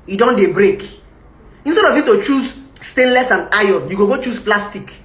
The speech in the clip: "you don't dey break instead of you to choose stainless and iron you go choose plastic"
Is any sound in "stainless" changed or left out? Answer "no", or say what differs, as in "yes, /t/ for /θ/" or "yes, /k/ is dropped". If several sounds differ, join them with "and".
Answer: no